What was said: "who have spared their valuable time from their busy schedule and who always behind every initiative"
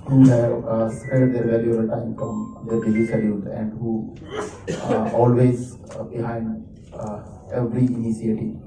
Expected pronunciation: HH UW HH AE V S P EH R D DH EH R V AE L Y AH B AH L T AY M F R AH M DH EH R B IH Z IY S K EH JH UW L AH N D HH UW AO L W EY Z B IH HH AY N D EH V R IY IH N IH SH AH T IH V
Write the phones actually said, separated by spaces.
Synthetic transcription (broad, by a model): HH UW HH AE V S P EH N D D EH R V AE L Y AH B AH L T AY M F R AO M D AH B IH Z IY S EH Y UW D AH N D HH UW AO L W EY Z B IH HH AY N D EH V R IY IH N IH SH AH T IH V